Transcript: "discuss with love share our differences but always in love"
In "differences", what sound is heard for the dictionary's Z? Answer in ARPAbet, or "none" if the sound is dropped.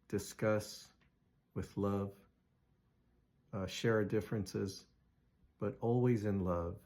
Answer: Z